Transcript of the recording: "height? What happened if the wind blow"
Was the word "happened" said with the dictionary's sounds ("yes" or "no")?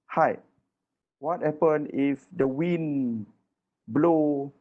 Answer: no